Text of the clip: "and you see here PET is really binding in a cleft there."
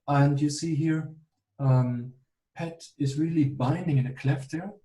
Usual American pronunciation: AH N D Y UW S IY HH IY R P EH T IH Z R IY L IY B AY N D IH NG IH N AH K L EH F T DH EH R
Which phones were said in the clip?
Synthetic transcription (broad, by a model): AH N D Y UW S IY HH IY R P EH T IH Z R IY L IY B AY N D IH NG IH N AH K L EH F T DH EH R